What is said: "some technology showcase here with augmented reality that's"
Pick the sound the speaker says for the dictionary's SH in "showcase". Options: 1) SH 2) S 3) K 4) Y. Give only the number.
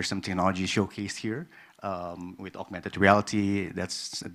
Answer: 1